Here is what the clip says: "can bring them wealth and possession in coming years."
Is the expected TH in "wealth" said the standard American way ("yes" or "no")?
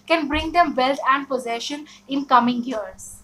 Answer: no